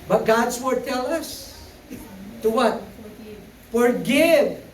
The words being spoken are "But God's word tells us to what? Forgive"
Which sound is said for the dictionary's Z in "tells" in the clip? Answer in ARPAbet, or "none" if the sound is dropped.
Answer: none